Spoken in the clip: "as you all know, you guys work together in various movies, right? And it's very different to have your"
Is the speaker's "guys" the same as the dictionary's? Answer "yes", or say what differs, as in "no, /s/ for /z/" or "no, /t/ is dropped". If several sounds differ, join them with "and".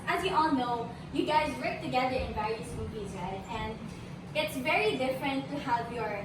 yes